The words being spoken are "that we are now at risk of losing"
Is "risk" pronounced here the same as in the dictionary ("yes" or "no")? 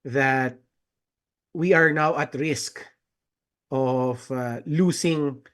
yes